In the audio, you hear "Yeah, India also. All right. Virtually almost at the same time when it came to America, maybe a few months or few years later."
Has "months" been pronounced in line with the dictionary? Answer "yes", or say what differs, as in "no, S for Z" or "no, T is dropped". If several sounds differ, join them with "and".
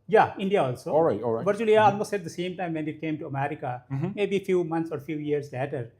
no, T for TH